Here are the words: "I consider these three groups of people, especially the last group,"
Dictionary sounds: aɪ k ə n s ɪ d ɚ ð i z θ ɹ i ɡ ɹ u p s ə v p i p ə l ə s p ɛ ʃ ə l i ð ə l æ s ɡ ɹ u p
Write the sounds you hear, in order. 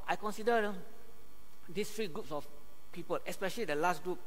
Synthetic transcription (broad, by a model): aɪ k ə n s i d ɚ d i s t ɹ i ɡ ɹ u p s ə f p i p ə l ə s p ɛ ʃ ə l i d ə l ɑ s ɡ ɹ u p